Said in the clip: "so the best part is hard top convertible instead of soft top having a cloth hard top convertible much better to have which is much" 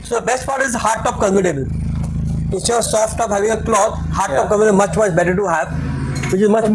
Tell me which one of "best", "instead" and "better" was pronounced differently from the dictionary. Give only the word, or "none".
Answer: instead